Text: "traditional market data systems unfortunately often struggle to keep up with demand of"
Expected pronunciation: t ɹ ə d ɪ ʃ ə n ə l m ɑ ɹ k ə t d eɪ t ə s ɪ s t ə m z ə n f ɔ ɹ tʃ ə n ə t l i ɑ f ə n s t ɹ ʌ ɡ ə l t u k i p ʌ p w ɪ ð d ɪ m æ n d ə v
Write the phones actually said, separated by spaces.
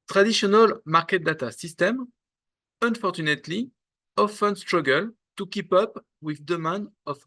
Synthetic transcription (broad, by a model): t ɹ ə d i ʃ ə n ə l m ɑ ɹ k ə t d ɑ t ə s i s t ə m ə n f ɔ ɹ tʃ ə n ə t l i ɑ f ə n s t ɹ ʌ ɡ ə l t u k i p ʌ p w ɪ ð d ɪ m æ n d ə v